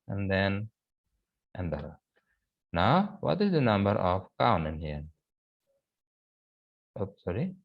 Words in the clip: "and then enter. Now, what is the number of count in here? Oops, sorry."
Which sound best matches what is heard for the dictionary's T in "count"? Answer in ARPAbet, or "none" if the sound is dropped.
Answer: none